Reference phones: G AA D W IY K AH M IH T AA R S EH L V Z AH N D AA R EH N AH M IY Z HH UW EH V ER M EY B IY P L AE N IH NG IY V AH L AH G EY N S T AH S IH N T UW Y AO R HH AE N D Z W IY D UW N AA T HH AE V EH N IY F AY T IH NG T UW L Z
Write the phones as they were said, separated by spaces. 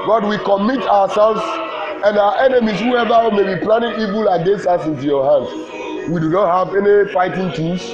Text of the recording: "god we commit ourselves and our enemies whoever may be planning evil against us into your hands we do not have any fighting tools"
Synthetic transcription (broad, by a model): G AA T W IY K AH M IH T AA W S EH L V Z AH N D AA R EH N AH M IY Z HH UW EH V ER M EY B IY P L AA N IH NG IY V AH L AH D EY S AA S IH N T UW Y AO HH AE N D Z W IY D UW N AA T HH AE V EH N IY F AY T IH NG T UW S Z